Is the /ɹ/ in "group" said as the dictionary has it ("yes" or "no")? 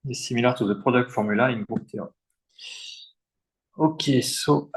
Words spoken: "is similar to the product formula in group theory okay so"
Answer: no